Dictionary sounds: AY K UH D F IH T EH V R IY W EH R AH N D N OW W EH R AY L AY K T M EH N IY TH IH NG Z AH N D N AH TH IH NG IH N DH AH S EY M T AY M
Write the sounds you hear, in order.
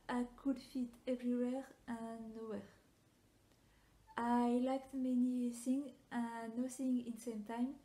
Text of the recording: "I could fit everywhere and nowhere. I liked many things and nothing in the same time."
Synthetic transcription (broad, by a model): AY K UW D F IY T EH V R IY W EH R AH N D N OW W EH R AY L AY K T M EH N IY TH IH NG AH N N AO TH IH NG IH N S EY M T AY M